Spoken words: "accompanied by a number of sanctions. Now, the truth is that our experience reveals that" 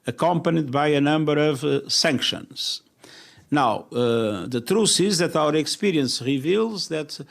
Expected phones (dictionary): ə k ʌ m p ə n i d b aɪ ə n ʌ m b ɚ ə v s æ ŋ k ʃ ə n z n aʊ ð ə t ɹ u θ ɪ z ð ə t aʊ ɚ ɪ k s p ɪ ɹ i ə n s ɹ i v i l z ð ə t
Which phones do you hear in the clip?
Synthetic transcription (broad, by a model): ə k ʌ m p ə n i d b aɪ ə n ʌ m b ɚ ə v s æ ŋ k ʃ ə n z n aʊ ð ə t ɹ u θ ɪ z ð ə t aʊ ɚ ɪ k s p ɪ ɹ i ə n s ɹ i v i l z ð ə t